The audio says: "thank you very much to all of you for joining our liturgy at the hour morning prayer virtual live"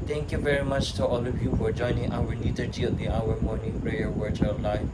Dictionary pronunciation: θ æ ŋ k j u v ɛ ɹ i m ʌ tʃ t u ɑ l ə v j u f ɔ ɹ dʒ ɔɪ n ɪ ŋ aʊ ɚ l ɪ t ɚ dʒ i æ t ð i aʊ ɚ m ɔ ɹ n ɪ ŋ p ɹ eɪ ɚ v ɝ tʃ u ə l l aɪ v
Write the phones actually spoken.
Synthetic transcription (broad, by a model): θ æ ŋ k j u v ɛ ɹ i m ʌ tʃ t u ɑ l ə v j u f ɔ ɹ dʒ ɔɪ n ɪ ŋ aʊ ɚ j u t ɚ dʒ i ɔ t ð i aʊ ɚ m ɔ ɹ n ɪ ŋ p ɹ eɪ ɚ w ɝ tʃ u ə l l aɪ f